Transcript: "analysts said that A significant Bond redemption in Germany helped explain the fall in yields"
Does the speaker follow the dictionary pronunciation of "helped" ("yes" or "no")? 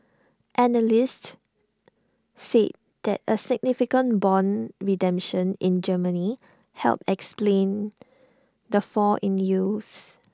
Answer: no